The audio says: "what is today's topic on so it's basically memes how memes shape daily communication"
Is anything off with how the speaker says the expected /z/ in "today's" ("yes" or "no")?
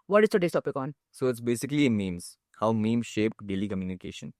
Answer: yes